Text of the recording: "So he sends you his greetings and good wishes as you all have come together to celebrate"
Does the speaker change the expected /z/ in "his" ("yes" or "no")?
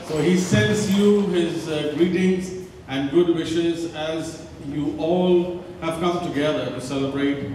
no